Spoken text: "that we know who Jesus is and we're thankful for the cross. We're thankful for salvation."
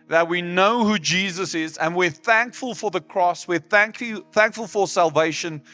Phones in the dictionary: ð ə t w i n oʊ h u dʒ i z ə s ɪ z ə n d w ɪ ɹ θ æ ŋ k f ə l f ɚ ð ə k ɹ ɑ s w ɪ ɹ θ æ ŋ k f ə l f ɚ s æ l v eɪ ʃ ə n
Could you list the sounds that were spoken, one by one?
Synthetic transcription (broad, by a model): ð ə t w i n oʊ h u dʒ i z ə s ɪ z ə n w ɪ ɹ θ æ ŋ k f ə l f ɚ ð ə k ɹ ɑ s w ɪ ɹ θ æ ŋ k f ə l f ɚ s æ l v eɪ ʃ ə n